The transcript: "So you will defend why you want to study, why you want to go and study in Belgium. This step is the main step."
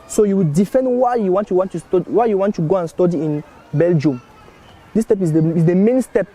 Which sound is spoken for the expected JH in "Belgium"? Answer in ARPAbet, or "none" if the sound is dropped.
JH